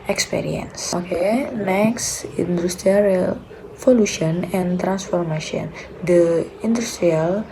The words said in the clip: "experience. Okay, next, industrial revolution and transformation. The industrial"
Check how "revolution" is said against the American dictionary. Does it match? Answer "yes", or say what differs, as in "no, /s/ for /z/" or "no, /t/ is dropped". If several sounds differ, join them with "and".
no, /f/ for /v/